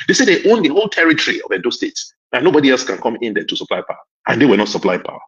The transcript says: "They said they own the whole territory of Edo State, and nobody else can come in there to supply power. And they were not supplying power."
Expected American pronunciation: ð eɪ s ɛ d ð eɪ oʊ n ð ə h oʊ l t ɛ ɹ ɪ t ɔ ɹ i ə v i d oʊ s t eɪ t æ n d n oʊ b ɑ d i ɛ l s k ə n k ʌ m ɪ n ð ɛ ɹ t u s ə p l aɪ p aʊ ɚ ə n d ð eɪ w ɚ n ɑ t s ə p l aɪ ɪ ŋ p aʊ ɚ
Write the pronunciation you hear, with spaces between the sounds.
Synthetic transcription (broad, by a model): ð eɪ s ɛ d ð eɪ oʊ n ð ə h oʊ l t ɛ ɹ ɪ t ɔ ɹ i ə v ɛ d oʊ s t eɪ t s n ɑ n oʊ b ɑ d i ɛ l s k ə n k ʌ m ɪ n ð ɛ t u s ə p l aɪ p aʊ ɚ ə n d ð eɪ w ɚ n ɑ t s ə p l aɪ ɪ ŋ p aʊ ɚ